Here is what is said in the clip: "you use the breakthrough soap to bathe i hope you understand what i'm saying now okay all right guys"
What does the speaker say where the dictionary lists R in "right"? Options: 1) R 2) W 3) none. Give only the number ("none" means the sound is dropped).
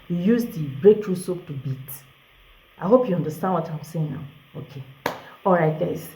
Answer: 1